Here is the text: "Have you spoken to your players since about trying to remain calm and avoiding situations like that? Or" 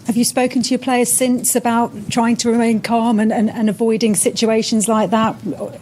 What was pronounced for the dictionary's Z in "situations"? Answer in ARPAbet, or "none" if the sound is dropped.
Z